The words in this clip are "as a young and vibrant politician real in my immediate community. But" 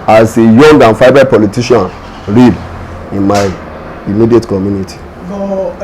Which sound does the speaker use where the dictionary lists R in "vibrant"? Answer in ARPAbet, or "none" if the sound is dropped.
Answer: none